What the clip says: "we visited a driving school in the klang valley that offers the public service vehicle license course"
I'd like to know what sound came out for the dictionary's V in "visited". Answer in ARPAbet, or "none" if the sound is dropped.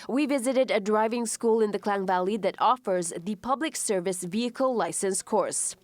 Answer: V